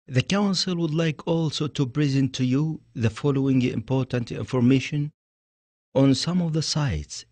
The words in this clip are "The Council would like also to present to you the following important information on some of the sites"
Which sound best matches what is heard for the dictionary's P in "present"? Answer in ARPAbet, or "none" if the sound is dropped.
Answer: B